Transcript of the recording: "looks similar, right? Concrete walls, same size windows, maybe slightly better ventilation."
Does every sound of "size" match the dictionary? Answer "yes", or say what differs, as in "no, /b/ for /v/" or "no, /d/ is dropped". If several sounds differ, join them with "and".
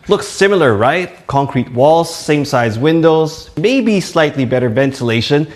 yes